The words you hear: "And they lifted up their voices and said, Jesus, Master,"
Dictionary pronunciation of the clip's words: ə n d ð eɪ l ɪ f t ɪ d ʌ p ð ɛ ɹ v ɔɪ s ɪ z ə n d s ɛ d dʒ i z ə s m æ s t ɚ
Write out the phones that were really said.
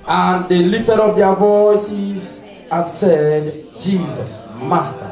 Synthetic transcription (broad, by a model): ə n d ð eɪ l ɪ t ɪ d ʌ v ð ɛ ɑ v ɔɪ s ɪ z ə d s ɛ d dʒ i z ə s m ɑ s t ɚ